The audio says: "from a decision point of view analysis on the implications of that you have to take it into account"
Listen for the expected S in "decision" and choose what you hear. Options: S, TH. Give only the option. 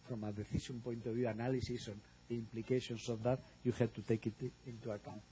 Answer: TH